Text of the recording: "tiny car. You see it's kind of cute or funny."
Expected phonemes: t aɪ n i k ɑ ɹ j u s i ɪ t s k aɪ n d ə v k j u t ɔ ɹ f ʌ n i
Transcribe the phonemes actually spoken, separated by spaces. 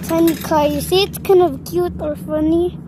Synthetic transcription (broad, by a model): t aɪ n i k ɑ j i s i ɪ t k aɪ n ə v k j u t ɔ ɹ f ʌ n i